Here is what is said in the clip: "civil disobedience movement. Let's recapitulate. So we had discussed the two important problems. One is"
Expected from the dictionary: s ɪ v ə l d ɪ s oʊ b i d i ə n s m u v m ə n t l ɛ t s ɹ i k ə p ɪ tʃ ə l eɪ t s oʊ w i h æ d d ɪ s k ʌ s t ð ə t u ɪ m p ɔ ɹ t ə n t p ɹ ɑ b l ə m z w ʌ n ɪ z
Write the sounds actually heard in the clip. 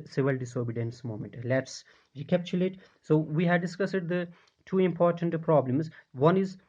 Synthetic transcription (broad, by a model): s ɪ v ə l d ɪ s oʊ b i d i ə n s m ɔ m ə n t l ɛ t s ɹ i k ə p tʃ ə l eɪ t s oʊ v i h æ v d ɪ s k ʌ s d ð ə t u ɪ m p ɔ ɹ t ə n t p ɹ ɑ b l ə m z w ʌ n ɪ z